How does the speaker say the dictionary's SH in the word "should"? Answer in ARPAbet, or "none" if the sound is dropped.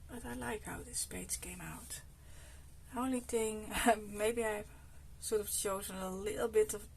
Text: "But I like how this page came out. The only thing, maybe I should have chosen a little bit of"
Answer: S